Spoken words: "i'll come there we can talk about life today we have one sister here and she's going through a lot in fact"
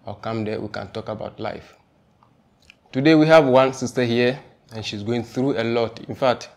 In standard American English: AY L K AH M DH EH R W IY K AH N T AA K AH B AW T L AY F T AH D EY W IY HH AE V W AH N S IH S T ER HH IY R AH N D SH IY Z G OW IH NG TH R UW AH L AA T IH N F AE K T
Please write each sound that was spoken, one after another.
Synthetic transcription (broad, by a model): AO K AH M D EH W IY K AH N T AA K AH B AW T L AY F T AH D EY W IY HH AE V W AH N S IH S T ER HH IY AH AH N SH IY Z G OW IH NG TH R UW AH L AA T IH N F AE K T